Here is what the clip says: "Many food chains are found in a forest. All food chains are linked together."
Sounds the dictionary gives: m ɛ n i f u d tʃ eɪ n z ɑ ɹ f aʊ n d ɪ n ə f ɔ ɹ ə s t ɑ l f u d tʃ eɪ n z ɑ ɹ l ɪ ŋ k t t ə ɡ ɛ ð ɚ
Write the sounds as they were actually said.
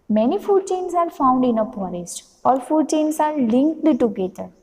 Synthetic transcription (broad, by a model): m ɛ n i f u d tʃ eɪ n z ɑ ɹ f aʊ n d ɪ n ə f ɔ ɹ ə s t ɑ l f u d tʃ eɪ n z ɑ ɹ l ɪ ŋ k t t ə ɡ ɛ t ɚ